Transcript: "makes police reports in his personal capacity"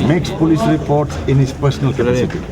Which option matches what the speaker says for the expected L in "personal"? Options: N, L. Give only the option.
L